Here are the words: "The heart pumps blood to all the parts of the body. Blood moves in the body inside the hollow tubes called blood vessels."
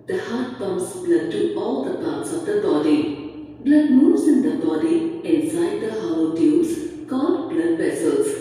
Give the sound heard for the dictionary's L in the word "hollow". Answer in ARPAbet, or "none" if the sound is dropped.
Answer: W